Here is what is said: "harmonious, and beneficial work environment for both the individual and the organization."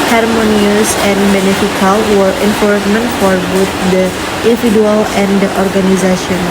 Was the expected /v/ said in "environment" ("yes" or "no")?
no